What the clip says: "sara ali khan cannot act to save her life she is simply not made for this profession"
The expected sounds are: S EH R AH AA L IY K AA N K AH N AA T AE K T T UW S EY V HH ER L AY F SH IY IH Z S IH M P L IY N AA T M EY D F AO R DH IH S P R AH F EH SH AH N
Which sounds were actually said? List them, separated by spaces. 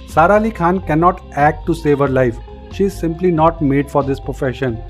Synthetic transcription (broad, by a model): S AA R AA L IY K AA N K AH N AA T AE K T T UW S EY V HH ER L AY F SH IY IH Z S IH M P L IY N AA T M EY D F AO R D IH S P R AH F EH SH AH N